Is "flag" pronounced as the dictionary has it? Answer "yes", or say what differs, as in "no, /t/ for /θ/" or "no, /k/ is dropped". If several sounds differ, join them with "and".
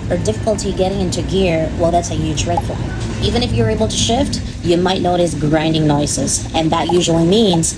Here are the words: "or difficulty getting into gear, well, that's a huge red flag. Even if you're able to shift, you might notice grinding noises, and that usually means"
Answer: no, /ɡ/ is dropped